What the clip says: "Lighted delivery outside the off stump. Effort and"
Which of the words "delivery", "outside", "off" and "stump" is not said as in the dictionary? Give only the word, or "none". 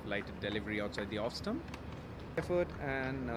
stump